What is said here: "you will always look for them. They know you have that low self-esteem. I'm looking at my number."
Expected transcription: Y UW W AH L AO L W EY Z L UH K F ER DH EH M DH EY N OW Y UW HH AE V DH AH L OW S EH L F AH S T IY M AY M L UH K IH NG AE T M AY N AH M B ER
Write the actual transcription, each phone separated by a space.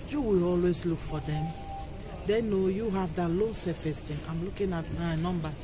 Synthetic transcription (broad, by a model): Y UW W AH L AO L W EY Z L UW K F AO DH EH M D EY N OW Y UW HH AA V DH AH L OW S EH F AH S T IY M AY M L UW K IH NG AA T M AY N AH M B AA